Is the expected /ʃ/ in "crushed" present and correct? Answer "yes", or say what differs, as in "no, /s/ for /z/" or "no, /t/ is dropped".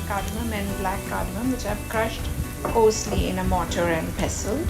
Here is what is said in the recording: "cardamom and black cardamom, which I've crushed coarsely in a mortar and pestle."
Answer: yes